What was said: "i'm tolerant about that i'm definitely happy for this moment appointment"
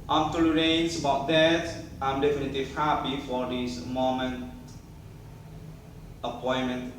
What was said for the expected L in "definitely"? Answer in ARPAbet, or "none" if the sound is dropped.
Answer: L